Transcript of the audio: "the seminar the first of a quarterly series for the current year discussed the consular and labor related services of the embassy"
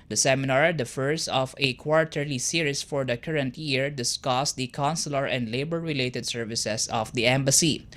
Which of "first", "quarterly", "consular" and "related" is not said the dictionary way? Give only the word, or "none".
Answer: first